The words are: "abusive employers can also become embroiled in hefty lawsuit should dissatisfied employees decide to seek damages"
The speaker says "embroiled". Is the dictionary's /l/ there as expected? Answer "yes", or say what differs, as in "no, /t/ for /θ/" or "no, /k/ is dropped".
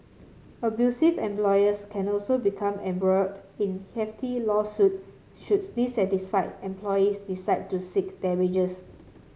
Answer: no, /l/ is dropped